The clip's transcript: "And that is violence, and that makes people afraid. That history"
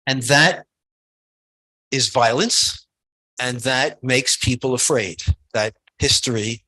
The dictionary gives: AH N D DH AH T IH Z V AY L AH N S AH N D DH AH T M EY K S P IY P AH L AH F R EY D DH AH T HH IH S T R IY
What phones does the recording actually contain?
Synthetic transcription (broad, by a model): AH N DH AH T IH Z V AY L AH N S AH N DH AH T M EY K S P IY P L AH F R EY D DH AH T HH IH S T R IY